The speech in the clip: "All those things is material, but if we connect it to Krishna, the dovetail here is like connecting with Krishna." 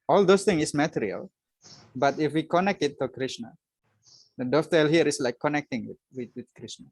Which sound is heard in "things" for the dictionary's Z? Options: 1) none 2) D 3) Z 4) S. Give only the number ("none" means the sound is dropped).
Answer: 1